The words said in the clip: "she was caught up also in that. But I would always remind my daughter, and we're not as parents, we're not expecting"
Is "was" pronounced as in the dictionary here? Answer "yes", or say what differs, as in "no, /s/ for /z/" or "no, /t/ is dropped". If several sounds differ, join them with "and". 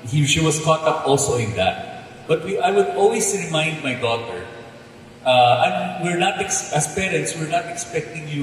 no, /s/ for /z/